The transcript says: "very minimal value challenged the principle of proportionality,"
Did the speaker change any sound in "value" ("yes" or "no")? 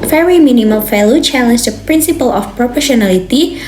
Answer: yes